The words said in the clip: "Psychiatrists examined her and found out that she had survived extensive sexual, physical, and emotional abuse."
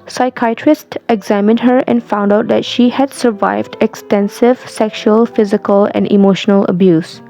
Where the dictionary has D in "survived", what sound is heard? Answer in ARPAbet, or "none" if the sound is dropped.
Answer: D